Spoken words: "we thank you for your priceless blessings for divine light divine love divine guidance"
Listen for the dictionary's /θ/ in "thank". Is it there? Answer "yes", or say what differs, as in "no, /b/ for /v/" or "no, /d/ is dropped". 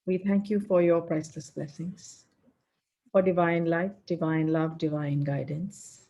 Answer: no, /t/ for /θ/